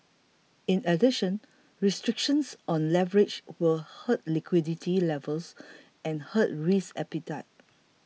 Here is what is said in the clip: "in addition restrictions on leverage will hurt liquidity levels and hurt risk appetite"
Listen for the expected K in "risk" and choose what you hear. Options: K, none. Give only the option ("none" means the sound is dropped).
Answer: none